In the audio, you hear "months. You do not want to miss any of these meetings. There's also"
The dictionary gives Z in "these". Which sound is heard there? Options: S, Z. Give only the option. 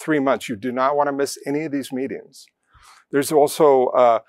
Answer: Z